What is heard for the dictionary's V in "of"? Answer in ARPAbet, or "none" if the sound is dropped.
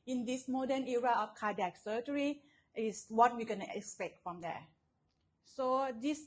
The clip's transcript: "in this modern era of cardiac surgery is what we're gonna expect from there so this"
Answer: F